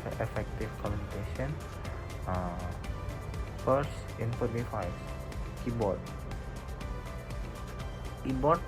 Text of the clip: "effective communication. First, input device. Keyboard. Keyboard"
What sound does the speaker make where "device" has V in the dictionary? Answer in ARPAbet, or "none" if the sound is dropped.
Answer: F